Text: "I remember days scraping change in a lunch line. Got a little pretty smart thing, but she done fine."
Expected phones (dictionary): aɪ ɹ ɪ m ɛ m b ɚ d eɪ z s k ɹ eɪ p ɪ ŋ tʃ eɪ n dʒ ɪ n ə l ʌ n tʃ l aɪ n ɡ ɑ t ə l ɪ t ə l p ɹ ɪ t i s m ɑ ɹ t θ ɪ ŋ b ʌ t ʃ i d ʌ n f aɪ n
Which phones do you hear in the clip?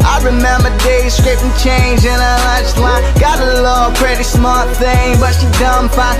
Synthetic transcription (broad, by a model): aɪ ɹ ɪ m ɛ m b ɚ d eɪ z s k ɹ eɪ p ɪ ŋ tʃ eɪ n dʒ ɪ n ə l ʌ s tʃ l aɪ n ɡ ɑ t ə l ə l p ɹ ɪ t i s m ɑ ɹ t θ ɪ ŋ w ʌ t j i d ʌ n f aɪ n